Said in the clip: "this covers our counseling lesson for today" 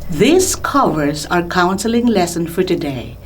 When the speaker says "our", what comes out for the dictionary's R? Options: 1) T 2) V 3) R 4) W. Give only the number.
3